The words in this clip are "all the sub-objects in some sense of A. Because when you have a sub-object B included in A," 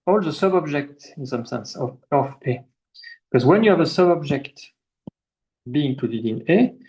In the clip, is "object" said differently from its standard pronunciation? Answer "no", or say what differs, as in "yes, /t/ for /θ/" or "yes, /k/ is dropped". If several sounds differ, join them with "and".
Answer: no